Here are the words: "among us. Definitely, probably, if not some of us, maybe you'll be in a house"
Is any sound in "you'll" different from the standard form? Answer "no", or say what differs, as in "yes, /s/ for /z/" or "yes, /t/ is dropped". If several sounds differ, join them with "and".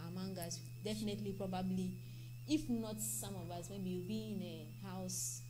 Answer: yes, /w/ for /l/